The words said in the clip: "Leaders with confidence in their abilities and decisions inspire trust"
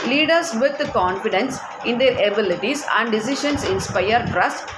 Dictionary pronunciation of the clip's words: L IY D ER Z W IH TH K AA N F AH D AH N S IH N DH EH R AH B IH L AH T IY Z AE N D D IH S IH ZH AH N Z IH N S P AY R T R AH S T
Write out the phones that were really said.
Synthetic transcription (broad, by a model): L IY D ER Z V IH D K AA N F AH D AH N S IH N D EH R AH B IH L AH T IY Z AE N D D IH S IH SH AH N S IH N S P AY R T R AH S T